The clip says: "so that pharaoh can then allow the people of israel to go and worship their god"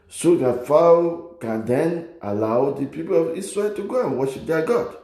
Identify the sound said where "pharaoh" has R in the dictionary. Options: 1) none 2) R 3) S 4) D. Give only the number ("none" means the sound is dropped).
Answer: 1